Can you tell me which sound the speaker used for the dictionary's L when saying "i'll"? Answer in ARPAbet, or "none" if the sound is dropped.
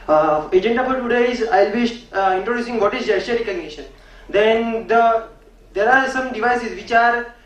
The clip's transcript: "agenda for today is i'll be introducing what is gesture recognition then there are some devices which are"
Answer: L